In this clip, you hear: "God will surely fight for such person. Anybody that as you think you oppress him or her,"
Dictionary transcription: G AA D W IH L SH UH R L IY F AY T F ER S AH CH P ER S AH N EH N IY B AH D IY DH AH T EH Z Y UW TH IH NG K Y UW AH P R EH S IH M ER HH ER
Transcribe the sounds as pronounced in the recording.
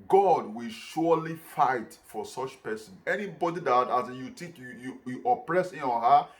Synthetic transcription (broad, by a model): G AA D W IH L SH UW L IY F AY T F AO S AH CH P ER S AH N EH N IY B AH D IY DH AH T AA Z Y UW T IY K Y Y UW AH P R EH S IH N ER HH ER